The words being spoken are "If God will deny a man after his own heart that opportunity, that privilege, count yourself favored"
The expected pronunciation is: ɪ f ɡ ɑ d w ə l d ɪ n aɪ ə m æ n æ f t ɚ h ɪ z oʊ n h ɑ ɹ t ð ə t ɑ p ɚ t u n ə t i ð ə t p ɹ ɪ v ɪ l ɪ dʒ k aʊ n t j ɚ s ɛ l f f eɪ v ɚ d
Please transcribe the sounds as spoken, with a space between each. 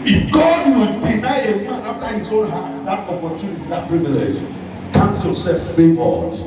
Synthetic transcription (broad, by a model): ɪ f ɡ ɑ d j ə n d ɪ n aɪ ə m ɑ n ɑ f t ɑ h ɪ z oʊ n h ɑ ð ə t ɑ p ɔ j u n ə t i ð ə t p ɹ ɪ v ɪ l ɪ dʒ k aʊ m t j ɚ s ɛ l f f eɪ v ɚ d